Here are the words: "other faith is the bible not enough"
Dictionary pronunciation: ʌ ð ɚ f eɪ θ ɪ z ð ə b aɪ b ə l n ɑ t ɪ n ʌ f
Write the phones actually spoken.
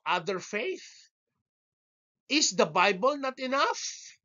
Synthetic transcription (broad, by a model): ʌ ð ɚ f eɪ θ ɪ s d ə b aɪ b ə l n ɑ t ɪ n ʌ f